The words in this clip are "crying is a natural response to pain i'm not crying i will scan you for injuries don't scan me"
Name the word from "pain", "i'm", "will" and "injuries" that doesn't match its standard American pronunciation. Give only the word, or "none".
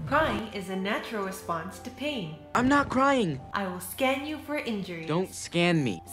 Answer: injuries